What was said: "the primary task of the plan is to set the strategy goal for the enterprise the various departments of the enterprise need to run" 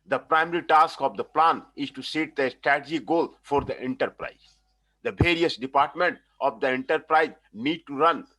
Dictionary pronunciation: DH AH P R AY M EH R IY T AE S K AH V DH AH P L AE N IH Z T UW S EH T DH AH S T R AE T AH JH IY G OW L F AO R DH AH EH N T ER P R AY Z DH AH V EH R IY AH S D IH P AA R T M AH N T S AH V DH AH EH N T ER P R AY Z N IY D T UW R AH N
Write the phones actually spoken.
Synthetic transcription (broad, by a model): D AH P R AY M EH R IY T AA S K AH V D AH P L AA N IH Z T UW S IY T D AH S T R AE T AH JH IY G OW L F AO R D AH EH N T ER P R AY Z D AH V EH R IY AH S D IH P AA R T M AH N T AH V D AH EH N T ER P R AY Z N IY D T UW R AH N